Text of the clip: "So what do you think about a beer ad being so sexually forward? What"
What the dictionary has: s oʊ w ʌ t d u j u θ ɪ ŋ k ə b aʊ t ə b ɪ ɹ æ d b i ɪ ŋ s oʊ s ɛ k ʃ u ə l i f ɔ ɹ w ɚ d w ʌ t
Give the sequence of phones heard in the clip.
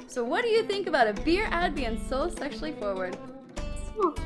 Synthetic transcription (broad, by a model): s oʊ w ʌ t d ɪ j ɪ θ ɪ ŋ k ə b aʊ t ə b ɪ ɹ æ d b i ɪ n s oʊ s ɛ k ʃ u l i f ɔ ɹ w ɚ d